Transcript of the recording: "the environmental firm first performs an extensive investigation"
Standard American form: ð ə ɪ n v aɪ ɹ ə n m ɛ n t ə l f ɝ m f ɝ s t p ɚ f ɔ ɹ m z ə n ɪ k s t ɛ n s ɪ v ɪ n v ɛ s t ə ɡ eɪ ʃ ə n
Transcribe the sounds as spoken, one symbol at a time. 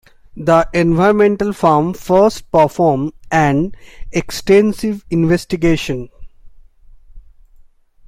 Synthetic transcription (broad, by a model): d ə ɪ n v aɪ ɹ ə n m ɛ n t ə l f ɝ m f ɝ s t p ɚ f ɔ ɹ m ə n ɪ k s t ɛ n s ɪ v ɪ n v ɛ s t ə ɡ eɪ ʃ ə n